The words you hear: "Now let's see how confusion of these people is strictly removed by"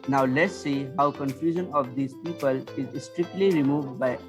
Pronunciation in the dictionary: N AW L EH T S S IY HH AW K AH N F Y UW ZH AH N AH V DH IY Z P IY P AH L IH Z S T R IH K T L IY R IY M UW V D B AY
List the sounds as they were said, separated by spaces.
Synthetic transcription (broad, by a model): N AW L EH T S S IY HH AW K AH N F Y UW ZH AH N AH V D IY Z P IY P AH L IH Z S T R IH K T L IY R IY M UW V D B AY